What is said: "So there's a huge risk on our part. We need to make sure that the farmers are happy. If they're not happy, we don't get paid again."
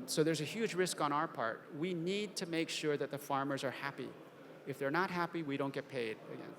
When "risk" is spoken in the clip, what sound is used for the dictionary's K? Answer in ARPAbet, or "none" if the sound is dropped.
K